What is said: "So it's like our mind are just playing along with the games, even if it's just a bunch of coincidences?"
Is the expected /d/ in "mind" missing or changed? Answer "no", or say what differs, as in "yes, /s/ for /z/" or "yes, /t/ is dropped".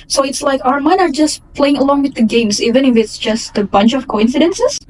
yes, /d/ is dropped